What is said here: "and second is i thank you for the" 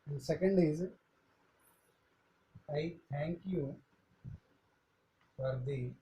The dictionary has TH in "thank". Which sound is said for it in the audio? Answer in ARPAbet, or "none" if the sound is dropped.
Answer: T